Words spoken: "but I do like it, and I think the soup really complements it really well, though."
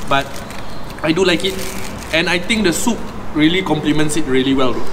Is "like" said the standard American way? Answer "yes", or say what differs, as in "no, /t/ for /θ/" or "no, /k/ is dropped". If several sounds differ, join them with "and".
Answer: yes